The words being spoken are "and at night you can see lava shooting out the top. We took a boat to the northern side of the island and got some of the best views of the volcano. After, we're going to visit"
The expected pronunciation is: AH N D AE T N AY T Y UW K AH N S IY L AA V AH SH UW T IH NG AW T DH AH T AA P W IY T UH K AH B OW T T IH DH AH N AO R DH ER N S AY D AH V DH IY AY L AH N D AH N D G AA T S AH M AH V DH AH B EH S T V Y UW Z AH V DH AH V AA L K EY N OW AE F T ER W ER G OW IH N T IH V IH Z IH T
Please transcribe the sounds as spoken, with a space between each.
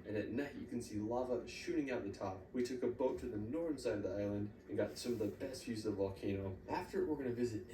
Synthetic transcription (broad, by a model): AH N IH T N AY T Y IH K N S IY L AA V AH SH UW T IH NG AW T DH AH T AA P W IY T UH K AH B OW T T IH DH AH N AO R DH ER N S AY D AH V DH IY AY L AH N D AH N G AA T S AH M AH V DH AH B EH S T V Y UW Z AH V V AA L K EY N OW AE F T ER W ER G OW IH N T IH V IH Z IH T